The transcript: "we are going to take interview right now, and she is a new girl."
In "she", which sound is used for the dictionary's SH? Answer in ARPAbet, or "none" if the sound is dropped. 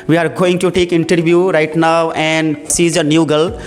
S